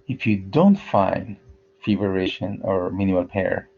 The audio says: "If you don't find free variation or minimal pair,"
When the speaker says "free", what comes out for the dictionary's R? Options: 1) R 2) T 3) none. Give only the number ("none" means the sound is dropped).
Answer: 3